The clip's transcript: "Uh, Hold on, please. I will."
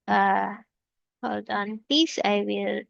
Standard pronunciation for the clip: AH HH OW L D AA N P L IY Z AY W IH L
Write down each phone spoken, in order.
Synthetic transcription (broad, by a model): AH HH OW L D AA N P IY S AY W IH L